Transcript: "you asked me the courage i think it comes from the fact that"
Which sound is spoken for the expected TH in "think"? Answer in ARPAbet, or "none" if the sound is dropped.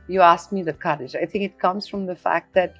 TH